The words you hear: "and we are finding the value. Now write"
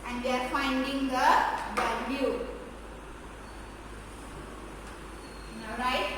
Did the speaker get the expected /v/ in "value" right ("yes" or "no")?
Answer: no